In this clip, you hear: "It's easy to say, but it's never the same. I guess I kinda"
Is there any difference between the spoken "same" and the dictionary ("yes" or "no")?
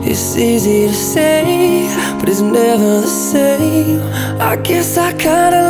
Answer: yes